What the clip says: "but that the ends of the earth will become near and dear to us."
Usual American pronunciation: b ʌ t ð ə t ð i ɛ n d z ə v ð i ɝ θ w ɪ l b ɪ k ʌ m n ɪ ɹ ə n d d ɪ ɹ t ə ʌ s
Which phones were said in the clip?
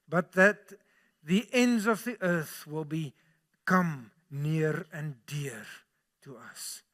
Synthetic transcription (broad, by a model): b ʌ t ð ə t ð i ɛ n d z ə v ð i ɝ θ w ɪ l b ɪ k ʌ m n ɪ ɹ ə n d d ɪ ɹ t ə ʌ s